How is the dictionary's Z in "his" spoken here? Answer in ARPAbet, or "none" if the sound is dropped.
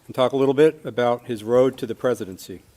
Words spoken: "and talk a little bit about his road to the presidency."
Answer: Z